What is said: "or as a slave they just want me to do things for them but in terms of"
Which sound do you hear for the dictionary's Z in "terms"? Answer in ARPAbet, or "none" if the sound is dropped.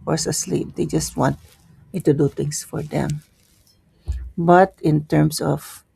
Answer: S